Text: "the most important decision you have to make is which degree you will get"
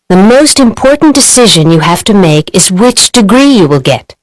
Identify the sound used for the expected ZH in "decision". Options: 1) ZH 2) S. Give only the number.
1